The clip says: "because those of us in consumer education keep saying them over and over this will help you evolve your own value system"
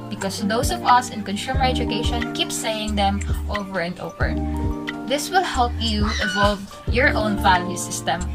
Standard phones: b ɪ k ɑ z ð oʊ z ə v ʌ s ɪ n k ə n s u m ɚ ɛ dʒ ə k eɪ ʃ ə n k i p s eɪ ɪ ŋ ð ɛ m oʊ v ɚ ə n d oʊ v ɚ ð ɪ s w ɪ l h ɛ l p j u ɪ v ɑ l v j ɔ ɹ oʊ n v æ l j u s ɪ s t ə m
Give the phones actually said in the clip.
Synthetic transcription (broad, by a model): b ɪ k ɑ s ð oʊ s ə v ʌ s ɪ n k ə n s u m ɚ ɛ dʒ ə k eɪ ʃ ə n k i p s eɪ ɪ ŋ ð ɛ m oʊ v ɚ ə n d oʊ v ɚ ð ɪ s w ɪ l h ɛ l p j u ɪ v ɑ l v j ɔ ɹ oʊ n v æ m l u s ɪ s t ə m